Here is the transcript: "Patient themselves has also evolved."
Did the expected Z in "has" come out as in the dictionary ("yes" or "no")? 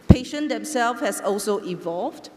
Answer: no